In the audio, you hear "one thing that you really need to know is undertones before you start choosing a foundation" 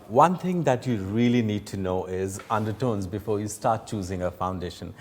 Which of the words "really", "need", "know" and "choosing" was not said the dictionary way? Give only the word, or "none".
none